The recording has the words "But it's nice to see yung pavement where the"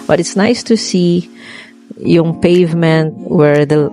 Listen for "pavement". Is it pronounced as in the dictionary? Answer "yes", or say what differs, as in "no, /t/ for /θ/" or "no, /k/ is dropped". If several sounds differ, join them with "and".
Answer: yes